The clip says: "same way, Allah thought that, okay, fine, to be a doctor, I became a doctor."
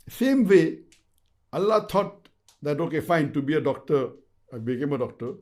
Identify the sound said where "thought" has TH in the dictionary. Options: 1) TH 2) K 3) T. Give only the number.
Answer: 3